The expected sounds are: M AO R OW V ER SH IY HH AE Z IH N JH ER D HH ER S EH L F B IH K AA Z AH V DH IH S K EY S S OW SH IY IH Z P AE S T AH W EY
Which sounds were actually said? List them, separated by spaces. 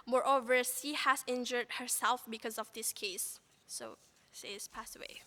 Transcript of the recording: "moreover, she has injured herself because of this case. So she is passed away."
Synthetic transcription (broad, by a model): M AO R OW V ER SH IY HH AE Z IH N JH ER D HH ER S EH L F B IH K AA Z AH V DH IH S K EY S S OW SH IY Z P AE S T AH W EY